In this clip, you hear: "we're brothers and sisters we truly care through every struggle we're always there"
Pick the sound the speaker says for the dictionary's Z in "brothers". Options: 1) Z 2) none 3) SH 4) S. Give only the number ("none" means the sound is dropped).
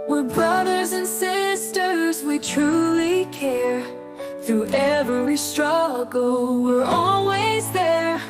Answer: 1